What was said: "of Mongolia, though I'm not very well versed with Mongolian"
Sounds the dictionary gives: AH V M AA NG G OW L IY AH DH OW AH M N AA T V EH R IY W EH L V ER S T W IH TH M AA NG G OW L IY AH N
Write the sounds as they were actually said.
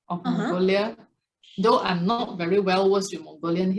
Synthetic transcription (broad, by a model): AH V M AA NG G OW L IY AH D OW AH M N AA T V EH R IY W EH L W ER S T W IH M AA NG G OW L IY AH N